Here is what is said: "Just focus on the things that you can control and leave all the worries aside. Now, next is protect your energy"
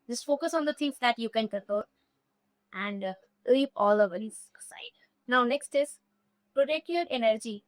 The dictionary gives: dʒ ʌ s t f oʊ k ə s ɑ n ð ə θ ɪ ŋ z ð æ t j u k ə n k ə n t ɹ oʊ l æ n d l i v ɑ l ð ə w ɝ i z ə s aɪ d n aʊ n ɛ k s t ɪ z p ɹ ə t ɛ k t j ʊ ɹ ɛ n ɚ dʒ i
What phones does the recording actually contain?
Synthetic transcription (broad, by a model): dʒ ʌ s t f oʊ k ə s ɑ n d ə t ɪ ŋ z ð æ t j u k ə n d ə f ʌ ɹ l æ n d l i p ɑ l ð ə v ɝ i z ə s aɪ d n aʊ n ɛ k s t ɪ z p ɹ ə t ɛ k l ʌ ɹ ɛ n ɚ dʒ i